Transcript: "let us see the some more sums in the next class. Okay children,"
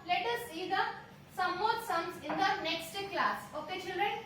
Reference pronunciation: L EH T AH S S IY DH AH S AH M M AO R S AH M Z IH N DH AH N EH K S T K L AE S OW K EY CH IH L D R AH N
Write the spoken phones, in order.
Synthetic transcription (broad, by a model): L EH T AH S S IY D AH S AH M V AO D S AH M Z IH N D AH N EH K S T K L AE S OW K EY CH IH L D R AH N